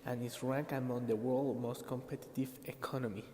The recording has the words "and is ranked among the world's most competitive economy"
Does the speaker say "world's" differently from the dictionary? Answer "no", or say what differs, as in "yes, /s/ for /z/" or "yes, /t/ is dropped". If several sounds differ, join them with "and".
yes, /z/ is dropped